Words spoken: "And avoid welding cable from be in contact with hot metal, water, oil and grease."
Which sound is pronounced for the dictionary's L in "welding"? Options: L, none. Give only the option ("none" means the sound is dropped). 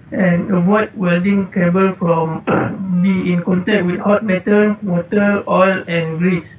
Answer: L